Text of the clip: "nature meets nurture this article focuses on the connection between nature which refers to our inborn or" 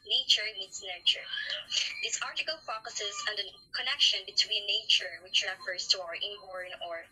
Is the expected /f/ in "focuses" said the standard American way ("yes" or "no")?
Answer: yes